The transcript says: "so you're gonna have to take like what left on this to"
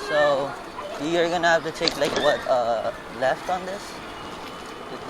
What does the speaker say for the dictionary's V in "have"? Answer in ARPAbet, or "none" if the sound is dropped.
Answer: F